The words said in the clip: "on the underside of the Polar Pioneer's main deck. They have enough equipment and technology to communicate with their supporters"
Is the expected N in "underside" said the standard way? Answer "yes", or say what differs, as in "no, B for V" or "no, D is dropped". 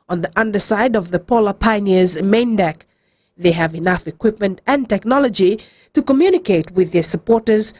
yes